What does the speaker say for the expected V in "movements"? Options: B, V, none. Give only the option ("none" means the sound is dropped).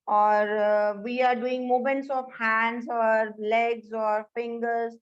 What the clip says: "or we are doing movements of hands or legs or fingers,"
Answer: none